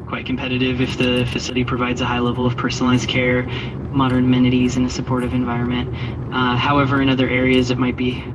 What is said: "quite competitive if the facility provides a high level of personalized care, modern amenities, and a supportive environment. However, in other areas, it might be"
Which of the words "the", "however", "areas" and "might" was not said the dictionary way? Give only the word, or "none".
none